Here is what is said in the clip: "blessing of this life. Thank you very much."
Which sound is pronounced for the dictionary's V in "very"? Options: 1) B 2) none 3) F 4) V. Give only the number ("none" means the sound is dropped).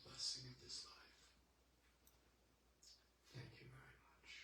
4